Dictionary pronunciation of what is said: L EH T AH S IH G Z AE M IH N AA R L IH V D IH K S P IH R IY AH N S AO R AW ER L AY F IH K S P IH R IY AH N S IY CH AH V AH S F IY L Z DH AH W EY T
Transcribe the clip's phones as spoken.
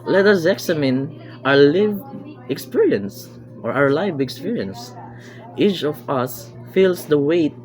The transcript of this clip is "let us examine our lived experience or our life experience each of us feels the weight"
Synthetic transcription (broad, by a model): L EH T AH S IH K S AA M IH N AA R L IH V IH K S P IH R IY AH N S AO R AW ER L AY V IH K S P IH R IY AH N S IY CH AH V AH S F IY L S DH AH W EY T